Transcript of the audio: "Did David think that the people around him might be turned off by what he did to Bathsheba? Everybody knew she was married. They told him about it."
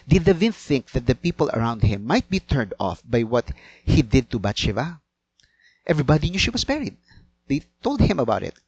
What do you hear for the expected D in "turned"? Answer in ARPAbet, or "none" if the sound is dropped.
D